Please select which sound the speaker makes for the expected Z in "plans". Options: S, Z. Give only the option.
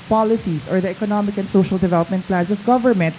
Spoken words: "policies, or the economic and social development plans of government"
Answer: S